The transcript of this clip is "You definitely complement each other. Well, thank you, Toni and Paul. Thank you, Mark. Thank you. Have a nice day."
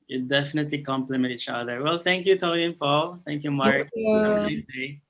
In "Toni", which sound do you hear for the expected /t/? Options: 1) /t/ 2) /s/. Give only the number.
1